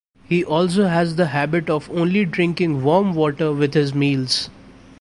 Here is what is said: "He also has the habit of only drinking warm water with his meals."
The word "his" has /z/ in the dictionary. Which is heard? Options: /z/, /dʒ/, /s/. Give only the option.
/z/